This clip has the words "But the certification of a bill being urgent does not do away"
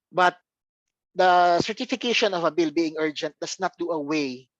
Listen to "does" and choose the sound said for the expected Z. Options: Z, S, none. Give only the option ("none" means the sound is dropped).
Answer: S